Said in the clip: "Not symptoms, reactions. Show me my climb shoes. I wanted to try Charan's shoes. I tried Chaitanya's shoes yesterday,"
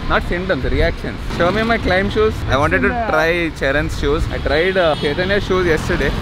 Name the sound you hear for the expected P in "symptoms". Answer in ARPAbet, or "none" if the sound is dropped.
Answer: none